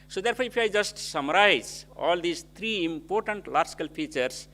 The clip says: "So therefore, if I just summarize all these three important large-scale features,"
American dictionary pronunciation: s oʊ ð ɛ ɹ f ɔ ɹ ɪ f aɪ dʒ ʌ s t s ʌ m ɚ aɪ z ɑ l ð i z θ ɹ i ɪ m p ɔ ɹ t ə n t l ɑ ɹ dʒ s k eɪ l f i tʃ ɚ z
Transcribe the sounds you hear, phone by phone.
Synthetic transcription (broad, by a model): s oʊ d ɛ ɹ p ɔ ɹ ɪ p aɪ dʒ ʌ s t s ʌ m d aɪ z ɑ l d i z t ɹ i ɪ m p ɔ ɹ t ə n t l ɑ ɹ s k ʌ l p i tʃ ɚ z